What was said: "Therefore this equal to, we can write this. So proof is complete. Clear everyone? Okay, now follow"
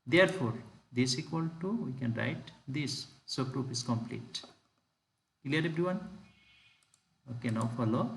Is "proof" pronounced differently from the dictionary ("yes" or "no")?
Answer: yes